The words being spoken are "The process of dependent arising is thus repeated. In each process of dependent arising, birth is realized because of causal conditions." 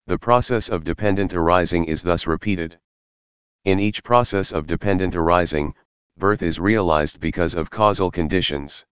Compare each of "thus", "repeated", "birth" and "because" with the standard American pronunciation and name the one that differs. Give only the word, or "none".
none